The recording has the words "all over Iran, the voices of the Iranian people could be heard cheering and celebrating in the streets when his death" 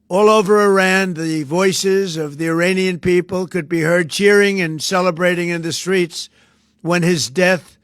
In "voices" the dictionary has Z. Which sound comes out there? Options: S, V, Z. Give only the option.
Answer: Z